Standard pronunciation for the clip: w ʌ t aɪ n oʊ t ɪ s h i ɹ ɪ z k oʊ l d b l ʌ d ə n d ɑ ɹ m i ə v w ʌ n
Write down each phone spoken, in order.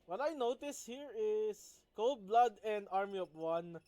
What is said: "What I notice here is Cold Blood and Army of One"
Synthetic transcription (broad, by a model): w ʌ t aɪ n oʊ t ɪ s h i ɹ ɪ s k oʊ l d b l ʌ d ə n d ɑ ɹ m i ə p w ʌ n